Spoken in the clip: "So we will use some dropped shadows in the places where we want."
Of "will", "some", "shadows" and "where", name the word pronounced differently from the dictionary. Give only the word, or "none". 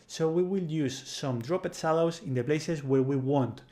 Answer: shadows